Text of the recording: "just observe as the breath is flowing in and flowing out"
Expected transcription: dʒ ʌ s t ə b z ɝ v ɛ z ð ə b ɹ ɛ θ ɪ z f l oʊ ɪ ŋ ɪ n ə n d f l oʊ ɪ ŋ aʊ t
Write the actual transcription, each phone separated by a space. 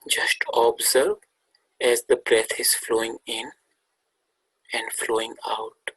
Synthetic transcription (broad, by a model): dʒ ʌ s t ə b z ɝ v ɛ z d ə b ɹ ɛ t ɪ z f l oʊ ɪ ŋ ɪ n ə n d f l oʊ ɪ ŋ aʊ t